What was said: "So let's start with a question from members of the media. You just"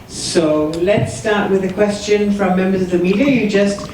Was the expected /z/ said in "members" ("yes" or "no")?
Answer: yes